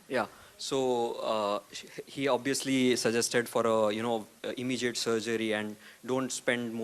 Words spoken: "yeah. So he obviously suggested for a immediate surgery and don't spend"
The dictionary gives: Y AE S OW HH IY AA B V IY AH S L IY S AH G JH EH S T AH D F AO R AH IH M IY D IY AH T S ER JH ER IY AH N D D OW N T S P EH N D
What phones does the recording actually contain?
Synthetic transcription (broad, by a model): Y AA S OW HH IY AA B V IY AH S L IY S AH JH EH S T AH D F AO R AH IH M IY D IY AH T S ER JH ER IY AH N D D OW N T S P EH N D